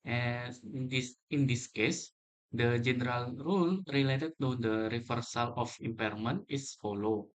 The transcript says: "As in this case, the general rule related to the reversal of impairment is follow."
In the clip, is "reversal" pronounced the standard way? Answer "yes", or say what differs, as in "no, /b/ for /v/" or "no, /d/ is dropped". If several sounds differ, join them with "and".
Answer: no, /f/ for /v/